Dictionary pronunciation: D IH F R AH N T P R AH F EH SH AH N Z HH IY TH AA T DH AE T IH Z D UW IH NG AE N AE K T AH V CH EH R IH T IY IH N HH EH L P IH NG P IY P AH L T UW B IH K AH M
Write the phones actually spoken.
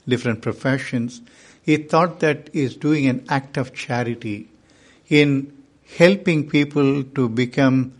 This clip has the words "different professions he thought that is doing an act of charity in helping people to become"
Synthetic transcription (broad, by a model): D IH F R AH N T P R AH F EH SH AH N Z HH IY T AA T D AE T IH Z D UW IH NG AE N AE K T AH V CH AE R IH T IY IH N HH EH L P IH NG P IY P AH L T UW B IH K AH M